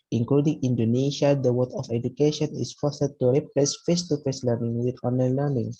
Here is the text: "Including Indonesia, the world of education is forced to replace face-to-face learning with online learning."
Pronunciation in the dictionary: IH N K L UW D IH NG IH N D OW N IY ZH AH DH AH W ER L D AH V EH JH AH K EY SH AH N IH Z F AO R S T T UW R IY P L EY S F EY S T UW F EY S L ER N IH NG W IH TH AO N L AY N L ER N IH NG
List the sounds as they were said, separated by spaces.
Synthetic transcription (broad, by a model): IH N K L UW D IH NG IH N D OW N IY SH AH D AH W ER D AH F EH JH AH K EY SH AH N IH S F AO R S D T UW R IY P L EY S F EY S T UW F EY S L ER N IH NG W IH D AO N AY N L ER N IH NG